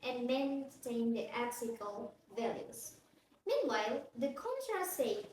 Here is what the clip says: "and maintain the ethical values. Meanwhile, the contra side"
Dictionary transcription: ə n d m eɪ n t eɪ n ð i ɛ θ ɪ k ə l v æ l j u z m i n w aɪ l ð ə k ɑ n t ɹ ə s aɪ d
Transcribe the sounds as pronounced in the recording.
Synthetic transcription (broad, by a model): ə n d m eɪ n t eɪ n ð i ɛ s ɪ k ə l v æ l j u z m i n w aɪ l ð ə k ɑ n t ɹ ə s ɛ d